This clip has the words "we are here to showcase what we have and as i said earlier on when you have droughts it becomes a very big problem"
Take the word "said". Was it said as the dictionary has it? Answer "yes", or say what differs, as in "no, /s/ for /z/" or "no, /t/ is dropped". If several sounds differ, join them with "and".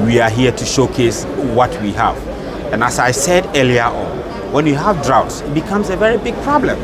yes